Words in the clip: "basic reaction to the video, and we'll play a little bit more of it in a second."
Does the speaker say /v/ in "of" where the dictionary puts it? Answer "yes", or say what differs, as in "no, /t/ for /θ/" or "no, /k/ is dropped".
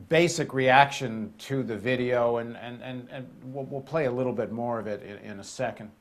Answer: yes